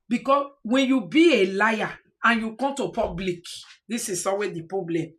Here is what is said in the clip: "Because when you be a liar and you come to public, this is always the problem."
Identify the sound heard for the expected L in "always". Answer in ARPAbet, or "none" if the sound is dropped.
none